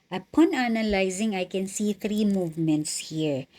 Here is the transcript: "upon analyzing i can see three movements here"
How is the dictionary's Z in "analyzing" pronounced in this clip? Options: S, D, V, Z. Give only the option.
Z